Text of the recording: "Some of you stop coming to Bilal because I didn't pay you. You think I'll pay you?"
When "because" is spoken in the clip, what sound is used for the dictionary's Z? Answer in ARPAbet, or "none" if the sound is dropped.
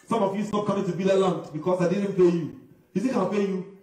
S